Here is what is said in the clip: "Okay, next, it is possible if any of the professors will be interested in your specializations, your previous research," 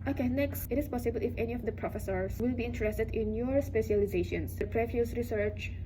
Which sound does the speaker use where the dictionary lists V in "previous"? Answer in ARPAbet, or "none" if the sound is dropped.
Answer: F